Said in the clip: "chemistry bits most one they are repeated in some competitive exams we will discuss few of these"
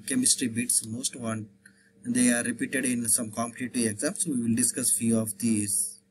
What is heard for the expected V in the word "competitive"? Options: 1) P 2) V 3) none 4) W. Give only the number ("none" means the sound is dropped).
3